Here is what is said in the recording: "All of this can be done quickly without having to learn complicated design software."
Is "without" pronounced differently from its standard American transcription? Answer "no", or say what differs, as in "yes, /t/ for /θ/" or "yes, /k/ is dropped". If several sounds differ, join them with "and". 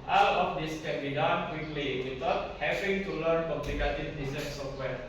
yes, /t/ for /θ/